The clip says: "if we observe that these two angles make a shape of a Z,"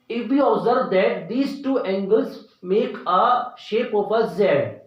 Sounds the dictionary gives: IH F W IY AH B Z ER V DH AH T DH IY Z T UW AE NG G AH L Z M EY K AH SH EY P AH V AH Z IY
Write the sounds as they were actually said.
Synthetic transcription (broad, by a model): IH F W IY AH B Z ER V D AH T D IY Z T UW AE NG G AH L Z M EY K AH SH EY P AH P AH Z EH